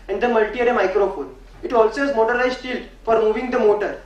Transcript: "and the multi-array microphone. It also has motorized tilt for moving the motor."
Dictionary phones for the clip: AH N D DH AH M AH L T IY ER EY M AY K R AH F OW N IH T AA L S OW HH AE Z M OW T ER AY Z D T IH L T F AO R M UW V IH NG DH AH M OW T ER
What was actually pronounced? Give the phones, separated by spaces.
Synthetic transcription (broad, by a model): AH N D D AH M AH L T IY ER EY M AY K R AH F OW N IH T AA L S OW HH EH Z M OW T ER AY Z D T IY L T F AO R M UW V IH NG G AH M OW T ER